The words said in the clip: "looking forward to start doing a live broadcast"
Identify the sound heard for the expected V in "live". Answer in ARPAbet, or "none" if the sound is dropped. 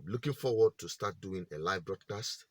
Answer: V